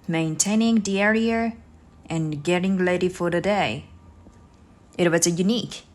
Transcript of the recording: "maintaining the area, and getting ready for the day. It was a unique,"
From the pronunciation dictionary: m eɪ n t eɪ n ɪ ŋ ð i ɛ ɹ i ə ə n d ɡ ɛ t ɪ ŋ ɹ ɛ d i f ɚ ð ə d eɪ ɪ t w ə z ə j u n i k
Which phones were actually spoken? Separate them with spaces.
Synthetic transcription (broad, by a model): m eɪ n t eɪ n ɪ ŋ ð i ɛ ɹ i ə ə n ɡ ɛ t ɪ ŋ l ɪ d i f ɚ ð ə d eɪ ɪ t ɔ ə s ə j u n i k